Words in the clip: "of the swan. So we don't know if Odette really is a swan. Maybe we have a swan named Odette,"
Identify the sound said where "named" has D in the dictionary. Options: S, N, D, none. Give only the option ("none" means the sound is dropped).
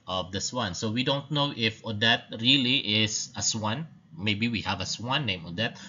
none